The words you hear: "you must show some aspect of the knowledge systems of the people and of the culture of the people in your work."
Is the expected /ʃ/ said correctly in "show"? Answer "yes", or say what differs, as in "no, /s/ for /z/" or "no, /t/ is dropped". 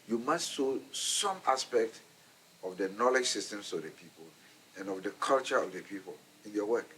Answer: no, /s/ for /ʃ/